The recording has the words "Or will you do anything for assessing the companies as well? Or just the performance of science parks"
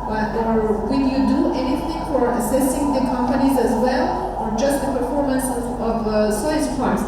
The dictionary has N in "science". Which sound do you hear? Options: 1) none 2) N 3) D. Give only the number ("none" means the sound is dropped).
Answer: 1